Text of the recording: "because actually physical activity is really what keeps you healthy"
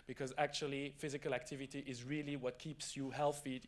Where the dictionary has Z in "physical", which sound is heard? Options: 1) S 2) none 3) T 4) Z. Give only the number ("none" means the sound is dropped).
4